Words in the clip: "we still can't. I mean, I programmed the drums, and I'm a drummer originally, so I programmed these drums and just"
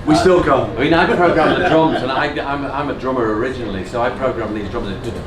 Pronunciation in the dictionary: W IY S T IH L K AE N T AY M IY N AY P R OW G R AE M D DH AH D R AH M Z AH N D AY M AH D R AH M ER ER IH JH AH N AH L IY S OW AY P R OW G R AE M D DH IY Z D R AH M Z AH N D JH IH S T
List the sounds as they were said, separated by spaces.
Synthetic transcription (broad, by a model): W IY S T IH L K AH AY M IY N AY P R OW G R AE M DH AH D R AH M Z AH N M AY M AH D R AH M ER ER IH JH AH N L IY S OW AY P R OW G R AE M DH IY Z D R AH M AH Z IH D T